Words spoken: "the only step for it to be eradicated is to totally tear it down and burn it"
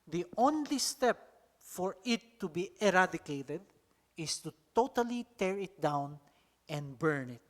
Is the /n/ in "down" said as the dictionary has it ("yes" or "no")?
yes